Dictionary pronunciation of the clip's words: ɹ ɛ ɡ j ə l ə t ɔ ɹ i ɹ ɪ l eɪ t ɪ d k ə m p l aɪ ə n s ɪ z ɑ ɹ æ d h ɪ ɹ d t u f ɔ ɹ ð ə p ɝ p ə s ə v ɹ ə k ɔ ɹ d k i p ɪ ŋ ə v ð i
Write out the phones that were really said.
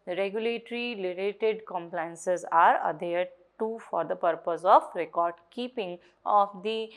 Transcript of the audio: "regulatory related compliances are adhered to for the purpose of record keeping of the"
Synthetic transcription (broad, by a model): ɹ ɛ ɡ j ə l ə t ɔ ɹ i l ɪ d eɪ t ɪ d k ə m p l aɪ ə n s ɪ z ɑ ɹ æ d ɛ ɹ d t u f ɔ ɹ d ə p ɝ p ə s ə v ɹ ə k ɔ ɹ d k i p ɪ ŋ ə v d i